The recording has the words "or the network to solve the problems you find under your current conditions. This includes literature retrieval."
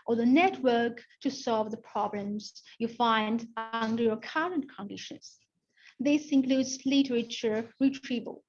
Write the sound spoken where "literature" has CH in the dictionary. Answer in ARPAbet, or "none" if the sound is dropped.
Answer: CH